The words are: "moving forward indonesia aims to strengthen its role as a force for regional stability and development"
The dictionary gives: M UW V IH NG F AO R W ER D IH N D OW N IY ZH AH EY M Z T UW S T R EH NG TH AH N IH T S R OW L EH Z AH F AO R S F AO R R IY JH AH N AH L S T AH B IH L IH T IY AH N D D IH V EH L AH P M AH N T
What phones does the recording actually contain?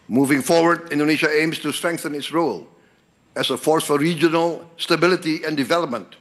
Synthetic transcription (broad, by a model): M UW V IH NG F AO R W ER D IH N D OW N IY SH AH EY M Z T UW S T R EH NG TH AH N IH T S R OW L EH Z AH F AO R S F AO R R IY JH AH N AH L S T AH B IH L IH T IY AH N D D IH V EH L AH P M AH N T